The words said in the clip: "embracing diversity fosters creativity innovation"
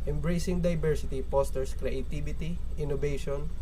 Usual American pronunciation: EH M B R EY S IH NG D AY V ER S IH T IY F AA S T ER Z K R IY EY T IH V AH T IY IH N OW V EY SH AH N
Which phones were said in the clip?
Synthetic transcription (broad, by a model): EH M B R EY S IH NG D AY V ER S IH T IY P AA S T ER S K R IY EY T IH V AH T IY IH N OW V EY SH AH N